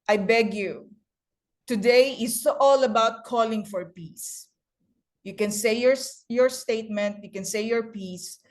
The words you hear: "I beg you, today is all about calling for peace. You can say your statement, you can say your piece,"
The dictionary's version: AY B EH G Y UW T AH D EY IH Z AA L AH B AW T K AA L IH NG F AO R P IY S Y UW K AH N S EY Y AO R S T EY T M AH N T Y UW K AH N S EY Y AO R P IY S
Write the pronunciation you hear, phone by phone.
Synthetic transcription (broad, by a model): AY B EH G Y UW T AH D EY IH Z AA L AH B AW T K AA L IH NG F AO R P IY S Y UW K AH N S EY Y AO R S T EY T M AH N T Y UW K AH N S EY Y AO R P IY S